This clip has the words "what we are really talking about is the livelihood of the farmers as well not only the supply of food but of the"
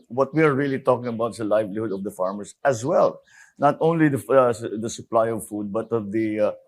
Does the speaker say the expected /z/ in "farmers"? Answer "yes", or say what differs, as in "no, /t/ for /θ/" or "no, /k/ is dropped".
no, /s/ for /z/